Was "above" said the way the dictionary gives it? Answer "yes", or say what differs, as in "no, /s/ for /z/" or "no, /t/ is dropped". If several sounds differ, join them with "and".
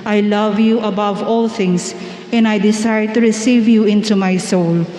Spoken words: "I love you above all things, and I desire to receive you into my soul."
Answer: yes